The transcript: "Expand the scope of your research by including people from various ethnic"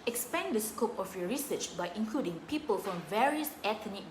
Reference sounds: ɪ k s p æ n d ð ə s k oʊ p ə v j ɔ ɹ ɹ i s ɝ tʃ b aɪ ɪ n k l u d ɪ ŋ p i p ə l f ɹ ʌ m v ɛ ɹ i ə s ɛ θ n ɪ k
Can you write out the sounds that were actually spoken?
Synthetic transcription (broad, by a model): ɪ k s p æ n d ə s k oʊ p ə f j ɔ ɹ ɹ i s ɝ tʃ b aɪ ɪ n k l u d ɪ ŋ p i p ə l f ɹ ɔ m v ɛ ɹ i ə s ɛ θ n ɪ